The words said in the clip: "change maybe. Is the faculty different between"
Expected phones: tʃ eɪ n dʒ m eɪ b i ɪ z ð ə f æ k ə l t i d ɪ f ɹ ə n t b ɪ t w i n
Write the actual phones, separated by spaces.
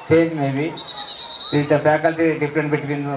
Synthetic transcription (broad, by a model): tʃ eɪ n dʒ m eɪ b i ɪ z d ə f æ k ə l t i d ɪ p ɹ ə n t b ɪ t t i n